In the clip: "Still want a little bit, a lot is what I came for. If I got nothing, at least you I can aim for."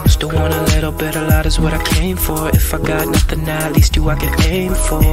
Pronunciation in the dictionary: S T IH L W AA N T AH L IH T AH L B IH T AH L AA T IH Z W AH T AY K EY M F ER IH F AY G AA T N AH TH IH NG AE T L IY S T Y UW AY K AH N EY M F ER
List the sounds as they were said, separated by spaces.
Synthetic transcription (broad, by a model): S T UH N W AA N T AH L IH T L B IH T AH L AA T IH Z W AH T AY K EY M F ER IH F AY G AA T N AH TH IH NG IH T L IY S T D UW AY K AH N EY M F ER